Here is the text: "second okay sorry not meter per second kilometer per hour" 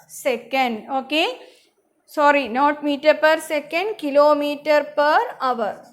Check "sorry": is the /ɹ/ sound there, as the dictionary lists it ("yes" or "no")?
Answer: yes